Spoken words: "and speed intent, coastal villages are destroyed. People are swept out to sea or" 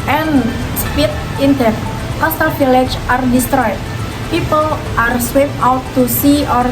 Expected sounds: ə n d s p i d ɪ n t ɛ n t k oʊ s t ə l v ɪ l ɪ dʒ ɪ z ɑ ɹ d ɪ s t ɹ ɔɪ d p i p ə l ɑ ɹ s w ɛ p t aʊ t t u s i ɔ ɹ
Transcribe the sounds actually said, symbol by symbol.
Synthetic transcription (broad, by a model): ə n s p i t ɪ n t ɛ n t k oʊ s t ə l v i l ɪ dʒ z ɑ ɹ d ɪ s t ɹ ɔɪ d p i p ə l ɑ ɹ s w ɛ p aʊ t t u s i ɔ ɹ